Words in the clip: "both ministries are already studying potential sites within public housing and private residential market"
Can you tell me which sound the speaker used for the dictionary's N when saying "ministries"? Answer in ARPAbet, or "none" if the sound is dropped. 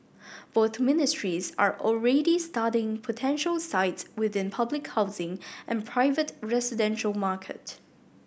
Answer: N